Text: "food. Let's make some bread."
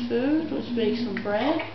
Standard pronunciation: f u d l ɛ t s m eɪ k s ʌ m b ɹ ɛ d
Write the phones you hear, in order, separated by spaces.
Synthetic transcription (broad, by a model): f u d w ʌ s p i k s ʌ m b ɹ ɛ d